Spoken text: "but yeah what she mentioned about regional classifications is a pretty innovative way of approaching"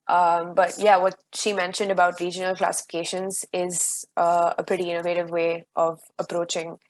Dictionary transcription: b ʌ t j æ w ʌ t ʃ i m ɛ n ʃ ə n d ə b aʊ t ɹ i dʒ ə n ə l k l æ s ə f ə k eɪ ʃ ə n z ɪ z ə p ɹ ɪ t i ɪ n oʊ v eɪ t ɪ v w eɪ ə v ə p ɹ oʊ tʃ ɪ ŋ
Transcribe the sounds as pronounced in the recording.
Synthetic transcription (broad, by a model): b ʌ t j æ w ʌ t ʃ i m ɛ n ʃ ə n d ə b aʊ t ɹ i dʒ ə n ə l k l æ s ə f ə k eɪ ʃ ə n z ɪ z ə p ɹ ɪ t i ɪ n oʊ v eɪ t ɪ v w eɪ ə v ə p ɹ oʊ tʃ ɪ ŋ